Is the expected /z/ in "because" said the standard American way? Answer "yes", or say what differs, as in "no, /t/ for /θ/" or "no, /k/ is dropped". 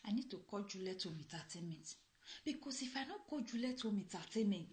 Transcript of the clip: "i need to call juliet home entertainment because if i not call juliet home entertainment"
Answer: no, /s/ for /z/